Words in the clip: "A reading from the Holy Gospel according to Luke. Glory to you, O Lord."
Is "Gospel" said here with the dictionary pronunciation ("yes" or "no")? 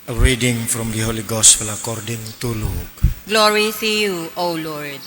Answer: no